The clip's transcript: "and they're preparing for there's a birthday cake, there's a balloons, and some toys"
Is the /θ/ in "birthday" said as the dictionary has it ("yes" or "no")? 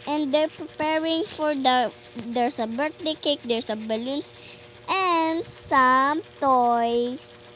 no